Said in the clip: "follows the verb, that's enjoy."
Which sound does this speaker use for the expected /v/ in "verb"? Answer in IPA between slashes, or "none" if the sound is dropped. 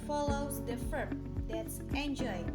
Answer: /f/